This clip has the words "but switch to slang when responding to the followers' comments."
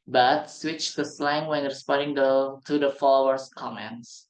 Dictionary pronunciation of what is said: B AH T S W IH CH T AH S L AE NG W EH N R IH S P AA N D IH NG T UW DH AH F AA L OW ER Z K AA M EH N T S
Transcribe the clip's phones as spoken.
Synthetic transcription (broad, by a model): B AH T S W IH CH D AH S L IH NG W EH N R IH S P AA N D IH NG T UW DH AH F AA L OW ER S K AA M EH N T S